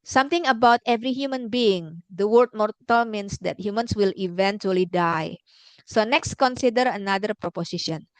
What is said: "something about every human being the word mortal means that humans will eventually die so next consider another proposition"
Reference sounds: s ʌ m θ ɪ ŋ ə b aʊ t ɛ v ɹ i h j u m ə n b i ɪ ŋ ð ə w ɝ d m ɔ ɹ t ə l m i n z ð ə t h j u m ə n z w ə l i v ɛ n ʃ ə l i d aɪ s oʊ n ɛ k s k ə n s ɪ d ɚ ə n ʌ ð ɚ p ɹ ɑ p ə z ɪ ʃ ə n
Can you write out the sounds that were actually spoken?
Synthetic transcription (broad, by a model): s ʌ m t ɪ ŋ ə b aʊ t ɛ v ɹ i h j u m ə n b i ɪ ŋ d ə w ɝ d m ɔ ɹ t ə l m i n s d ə t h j u m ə n s w ə l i v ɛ n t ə l i d aɪ s oʊ n ɛ k s k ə n s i d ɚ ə n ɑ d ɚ p ɹ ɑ p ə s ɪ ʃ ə n